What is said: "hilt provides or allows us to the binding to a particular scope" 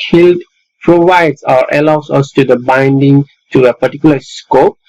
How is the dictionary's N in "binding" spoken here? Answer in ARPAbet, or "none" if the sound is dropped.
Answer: N